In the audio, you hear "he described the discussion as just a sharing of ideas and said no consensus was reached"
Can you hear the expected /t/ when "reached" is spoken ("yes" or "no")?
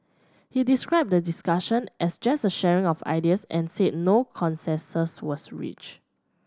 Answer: no